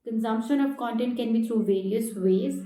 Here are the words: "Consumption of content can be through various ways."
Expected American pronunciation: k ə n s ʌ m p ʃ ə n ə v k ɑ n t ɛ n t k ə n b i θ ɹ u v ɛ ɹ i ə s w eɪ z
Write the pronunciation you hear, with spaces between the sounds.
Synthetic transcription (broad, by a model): k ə n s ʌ m p ʃ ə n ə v k ɑ n t ɛ n t k ə n b i t ɹ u v ɛ ɹ i ə s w eɪ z